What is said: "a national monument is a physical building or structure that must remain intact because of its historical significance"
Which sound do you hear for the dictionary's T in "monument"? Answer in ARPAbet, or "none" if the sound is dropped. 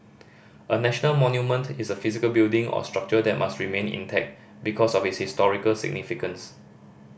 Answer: T